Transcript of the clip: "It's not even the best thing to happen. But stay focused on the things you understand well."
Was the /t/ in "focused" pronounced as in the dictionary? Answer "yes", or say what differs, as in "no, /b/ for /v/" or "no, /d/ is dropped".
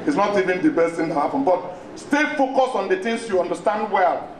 no, /t/ is dropped